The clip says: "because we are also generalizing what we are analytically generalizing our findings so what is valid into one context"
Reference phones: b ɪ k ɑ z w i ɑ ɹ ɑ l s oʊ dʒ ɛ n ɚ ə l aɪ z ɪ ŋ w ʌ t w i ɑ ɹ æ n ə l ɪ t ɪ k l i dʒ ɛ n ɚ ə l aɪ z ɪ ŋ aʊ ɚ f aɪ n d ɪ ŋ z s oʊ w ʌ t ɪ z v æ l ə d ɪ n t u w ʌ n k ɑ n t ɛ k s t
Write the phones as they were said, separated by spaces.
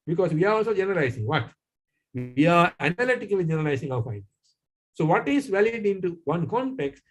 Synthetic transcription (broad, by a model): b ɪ k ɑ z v i ɑ ɹ ɑ l s oʊ dʒ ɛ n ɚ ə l aɪ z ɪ ŋ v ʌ t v i ɑ ɹ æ n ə l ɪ t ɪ k l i dʒ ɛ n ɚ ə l aɪ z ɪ ŋ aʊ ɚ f aɪ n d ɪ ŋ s s oʊ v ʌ t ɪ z v æ l ə d ɪ n t u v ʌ n k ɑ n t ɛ k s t